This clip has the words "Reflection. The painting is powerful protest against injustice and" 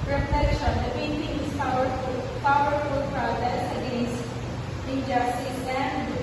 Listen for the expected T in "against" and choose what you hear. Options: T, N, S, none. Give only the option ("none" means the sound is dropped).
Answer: none